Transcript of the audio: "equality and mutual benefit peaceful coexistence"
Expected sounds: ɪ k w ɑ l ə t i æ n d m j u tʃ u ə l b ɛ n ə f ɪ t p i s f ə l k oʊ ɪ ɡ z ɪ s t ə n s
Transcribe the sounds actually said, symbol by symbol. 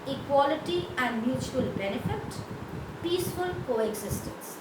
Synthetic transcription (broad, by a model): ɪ k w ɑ l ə t i æ n d m j u tʃ u ə l b ɛ n ə f ɪ t p i s f ə l k oʊ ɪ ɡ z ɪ s t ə n s